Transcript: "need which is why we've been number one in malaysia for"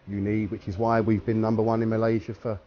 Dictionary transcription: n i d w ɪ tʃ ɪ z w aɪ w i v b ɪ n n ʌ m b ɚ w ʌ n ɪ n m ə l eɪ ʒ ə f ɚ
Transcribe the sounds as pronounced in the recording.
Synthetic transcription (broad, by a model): n i d w ɪ tʃ ɪ z w aɪ w i v b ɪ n n ʌ m b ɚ w ʌ n ɪ n m ə l eɪ ʒ ə f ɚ